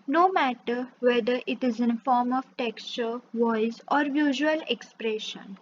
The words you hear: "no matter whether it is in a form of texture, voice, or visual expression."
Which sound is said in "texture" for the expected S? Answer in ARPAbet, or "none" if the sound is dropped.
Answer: S